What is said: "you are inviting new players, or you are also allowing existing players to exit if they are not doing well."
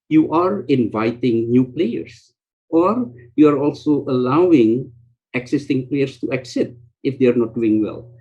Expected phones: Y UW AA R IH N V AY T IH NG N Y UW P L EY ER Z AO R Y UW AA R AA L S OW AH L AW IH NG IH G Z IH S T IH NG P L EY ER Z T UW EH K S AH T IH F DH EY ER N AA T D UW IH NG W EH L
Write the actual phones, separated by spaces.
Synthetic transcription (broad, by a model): Y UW AA R IH N V AY T IH NG N Y UW P L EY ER S AO R Y UW AA R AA L S OW AH L AW IH NG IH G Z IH S T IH NG P L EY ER S T UW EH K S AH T IH F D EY ER N AA T D UW IH NG W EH L